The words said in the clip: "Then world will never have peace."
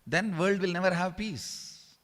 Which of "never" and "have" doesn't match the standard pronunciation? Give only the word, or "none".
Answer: none